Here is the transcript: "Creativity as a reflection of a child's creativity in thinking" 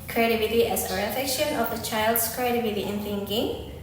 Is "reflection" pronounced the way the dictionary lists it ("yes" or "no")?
no